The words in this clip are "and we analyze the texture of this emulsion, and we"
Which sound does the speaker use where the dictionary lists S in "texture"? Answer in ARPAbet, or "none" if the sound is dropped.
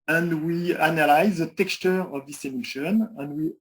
S